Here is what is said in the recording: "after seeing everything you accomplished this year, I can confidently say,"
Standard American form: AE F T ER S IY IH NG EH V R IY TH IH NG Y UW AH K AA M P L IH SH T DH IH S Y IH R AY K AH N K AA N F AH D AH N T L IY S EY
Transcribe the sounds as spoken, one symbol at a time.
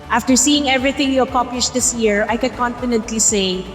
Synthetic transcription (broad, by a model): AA F T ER S IY IH NG EH V R IY TH IH NG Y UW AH K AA P IH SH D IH S Y IH R AY K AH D K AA N F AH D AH N T L IY S EY